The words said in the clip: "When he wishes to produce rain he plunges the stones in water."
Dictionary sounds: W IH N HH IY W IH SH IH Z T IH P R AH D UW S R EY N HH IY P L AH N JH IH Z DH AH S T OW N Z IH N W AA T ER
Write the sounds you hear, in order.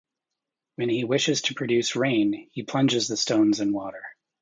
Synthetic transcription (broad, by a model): W IH N IY W IH SH IH Z T IH P R AH D UW S R EY N HH IY P L AH N JH IH Z DH AH S T OW N Z IH N W AA T ER